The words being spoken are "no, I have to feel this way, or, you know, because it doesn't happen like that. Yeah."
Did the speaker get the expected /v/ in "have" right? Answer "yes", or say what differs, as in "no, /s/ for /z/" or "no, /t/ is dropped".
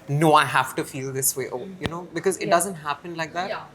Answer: no, /f/ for /v/